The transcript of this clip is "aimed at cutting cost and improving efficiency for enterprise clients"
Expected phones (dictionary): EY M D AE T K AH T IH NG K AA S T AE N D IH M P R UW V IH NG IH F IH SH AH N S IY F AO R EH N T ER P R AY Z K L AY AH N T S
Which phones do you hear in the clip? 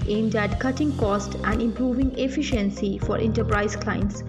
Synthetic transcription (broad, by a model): EY M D AE T K AH T IH NG K AA S T AE N D IH M P R UW V IH NG IH F IH SH AH N S IY F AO R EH N T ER P R AY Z K L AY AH N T S